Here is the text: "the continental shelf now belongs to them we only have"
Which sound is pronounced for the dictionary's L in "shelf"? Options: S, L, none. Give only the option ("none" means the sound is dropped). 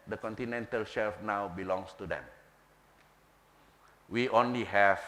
L